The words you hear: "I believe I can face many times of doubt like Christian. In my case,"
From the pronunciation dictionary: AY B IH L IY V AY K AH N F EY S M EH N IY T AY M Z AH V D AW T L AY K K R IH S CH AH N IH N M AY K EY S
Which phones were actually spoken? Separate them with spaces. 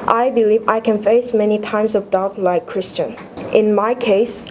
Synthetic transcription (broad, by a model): AY B IH L IY V AY K AH N F EY S M EH N IY T AY M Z AH V D AW T L AY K K R IH S CH AH N IH N M AY K EY S